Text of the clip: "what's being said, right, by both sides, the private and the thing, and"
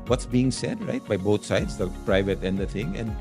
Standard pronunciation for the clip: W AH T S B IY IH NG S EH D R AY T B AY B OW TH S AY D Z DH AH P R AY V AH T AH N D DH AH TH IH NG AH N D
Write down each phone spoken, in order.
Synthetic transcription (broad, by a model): W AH T S B IY IH NG S EH D R AY T B AY B OW T S AY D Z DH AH P R AY V AH T AH N D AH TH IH NG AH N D